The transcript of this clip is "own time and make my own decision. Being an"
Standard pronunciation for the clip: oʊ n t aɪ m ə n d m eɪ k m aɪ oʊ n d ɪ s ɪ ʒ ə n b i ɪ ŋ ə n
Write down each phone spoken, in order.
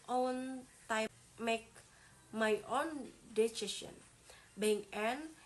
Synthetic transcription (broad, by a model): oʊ n t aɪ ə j m eɪ k m aɪ oʊ n d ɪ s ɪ s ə n b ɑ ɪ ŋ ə n